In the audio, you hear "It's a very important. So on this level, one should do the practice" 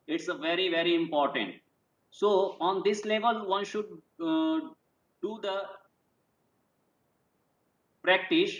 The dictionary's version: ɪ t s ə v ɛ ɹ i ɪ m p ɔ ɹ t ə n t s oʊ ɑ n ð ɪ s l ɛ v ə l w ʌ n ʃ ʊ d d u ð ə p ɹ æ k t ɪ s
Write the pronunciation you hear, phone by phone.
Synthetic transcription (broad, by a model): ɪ t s ə v ɛ ɹ i ɪ m p ɔ ɹ t ə n t s oʊ ɑ n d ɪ s l ɛ v ə l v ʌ n ʃ ʊ d d u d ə p ɹ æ k t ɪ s